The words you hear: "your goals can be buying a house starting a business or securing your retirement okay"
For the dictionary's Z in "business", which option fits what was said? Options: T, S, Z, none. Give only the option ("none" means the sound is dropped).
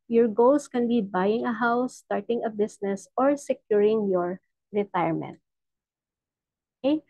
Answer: S